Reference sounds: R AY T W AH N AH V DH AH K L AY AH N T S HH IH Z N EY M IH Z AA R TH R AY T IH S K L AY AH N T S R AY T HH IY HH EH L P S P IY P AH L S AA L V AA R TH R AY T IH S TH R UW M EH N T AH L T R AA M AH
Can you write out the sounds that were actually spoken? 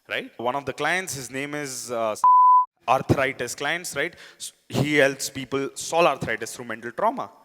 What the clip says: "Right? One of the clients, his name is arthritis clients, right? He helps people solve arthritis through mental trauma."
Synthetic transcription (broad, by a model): R AY T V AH N AH V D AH K L AY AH N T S HH IH Z N EY M IH Z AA R T R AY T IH S K L AY AH N T S R AY T HH IY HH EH L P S P IY P AH L S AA L AA R T R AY T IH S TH R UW M EH N T AH L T R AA M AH